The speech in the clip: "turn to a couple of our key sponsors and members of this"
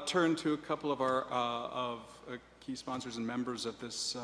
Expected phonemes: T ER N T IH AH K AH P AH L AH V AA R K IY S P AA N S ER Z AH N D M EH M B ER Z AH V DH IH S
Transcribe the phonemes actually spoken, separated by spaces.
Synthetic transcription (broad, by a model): T ER N T IH AH K AH P L AH V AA R K IY S P AA N S ER Z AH N M EH M B ER Z AH V DH IH S